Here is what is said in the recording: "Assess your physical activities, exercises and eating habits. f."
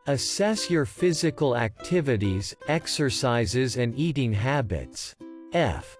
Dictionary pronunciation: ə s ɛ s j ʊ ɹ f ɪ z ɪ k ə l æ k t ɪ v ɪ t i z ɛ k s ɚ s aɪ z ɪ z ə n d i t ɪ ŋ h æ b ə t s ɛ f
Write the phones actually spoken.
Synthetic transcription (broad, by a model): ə s ɛ s j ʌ ɹ f ɪ z ɪ k ə l æ k t ɪ v ɪ t i z ɛ k s ɚ s aɪ z ɪ z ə n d i t ɪ ŋ h æ b ə t s ɛ f